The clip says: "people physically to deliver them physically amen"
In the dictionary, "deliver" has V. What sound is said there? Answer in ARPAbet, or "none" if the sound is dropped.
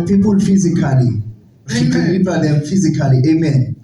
P